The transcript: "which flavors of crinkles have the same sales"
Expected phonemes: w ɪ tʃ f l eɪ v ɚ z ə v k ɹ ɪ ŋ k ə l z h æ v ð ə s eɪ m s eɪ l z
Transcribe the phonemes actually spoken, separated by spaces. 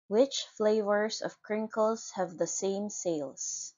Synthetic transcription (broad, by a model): w ɪ tʃ f l eɪ v ɚ z ə v k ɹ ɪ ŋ k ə l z h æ v ð ə s eɪ m s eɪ l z